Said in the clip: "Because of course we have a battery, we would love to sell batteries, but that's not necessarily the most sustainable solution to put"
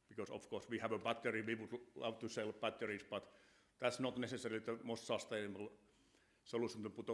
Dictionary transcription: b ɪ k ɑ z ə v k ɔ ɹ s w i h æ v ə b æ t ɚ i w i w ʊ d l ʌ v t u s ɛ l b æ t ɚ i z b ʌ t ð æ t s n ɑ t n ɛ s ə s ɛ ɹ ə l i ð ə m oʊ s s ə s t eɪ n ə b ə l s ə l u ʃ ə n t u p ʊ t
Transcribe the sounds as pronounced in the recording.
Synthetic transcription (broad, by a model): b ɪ k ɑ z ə f k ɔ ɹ s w i h æ v ə b æ t ɚ i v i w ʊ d l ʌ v t u s ɛ l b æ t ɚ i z b ʌ t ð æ t s n ɑ t n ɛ s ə s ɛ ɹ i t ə m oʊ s s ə s t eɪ ə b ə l s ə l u s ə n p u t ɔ